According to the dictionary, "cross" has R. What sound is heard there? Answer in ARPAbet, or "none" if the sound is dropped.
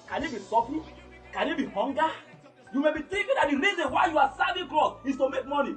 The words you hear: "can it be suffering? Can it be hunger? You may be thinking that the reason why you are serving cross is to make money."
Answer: L